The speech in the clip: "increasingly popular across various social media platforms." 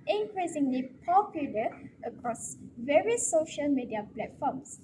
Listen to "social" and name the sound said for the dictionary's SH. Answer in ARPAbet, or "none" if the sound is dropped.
SH